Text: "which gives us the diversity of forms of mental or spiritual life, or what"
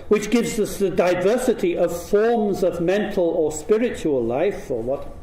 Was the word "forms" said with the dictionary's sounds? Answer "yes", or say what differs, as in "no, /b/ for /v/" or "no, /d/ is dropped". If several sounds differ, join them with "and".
yes